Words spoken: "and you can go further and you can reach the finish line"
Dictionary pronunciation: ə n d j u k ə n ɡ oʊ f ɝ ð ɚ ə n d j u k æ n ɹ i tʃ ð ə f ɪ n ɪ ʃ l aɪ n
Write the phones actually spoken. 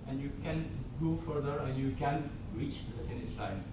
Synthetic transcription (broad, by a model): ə n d j u k ə n ɡ oʊ f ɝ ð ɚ ə n d j u k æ n ɹ i tʃ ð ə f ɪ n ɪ s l aɪ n